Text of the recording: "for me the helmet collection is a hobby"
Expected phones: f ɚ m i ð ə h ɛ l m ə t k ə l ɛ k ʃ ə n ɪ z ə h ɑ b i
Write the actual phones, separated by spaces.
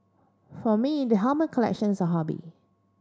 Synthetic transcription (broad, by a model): f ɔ m i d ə h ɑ m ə k ə l ɛ k ʃ ə n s ə h ɑ b i